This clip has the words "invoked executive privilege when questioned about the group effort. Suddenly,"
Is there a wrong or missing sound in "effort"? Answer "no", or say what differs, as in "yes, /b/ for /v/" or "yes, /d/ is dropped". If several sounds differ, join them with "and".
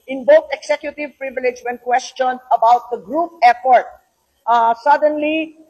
yes, /p/ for /f/